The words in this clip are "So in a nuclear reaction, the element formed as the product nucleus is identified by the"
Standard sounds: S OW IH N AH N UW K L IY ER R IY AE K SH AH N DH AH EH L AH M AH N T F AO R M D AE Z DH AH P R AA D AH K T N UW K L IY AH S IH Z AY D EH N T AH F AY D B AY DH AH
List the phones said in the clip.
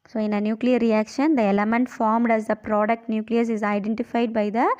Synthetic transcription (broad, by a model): S OW IH N AH N UW K L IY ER R IY AE K SH AH N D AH EH L AH M AH N T F AO R M D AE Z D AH P R AA D AH K T N UW K L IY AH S IH Z AY D EH N T AH F AY D B AY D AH